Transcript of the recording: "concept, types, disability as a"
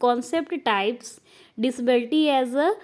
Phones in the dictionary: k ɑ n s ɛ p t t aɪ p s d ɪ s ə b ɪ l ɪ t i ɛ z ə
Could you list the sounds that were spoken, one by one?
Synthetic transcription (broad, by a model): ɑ n s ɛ p t t aɪ p s d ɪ s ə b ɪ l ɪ t i ɛ z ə